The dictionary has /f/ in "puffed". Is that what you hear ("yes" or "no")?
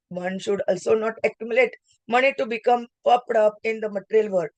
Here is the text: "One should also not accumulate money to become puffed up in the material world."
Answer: no